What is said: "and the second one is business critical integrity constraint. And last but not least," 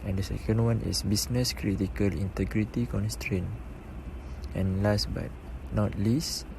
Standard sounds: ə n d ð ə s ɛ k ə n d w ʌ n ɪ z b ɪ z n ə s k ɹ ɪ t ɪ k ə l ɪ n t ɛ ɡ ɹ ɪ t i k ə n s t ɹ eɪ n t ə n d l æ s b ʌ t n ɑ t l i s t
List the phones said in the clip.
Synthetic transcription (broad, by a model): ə n d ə s ɛ k ə n d w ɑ n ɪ s b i s n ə s k ɹ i t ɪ k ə l ɪ n t ɛ ɡ ɹ ɪ t i k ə n s t ɹ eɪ n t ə n l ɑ s b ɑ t n ɑ t l i s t